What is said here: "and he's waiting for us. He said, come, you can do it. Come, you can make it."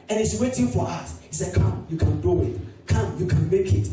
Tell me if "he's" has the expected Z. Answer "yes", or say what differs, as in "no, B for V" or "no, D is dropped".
no, S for Z